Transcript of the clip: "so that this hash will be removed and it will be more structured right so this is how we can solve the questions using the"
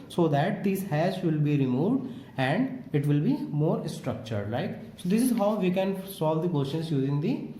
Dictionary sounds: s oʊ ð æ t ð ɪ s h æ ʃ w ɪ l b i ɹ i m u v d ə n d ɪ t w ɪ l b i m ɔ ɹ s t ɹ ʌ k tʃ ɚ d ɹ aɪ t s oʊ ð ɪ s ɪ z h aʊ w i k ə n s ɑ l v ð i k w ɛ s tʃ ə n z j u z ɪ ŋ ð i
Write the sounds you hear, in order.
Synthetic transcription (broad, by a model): s oʊ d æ t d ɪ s h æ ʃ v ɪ l b i ɹ i m u v d ə n d ɪ t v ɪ l b i m ɔ ɹ s t ɹ ʌ k tʃ ɚ d l aɪ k s oʊ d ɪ s ɪ z h aʊ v i k ə n s ɑ l v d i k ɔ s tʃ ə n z j u z ɪ ŋ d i